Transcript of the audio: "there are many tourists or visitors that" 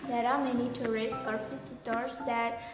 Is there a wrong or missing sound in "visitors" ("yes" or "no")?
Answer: yes